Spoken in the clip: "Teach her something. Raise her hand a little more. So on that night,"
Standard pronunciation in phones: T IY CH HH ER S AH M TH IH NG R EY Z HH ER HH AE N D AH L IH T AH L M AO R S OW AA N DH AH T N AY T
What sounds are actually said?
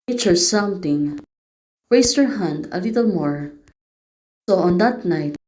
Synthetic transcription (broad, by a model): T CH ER S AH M T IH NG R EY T HH ER HH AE N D AH L IH T AH L M AO R S OW AA N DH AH T N AY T